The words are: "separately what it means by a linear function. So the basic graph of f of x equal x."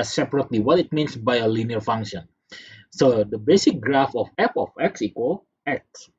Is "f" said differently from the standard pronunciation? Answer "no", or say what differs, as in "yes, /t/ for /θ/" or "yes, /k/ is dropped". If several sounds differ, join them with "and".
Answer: yes, /p/ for /f/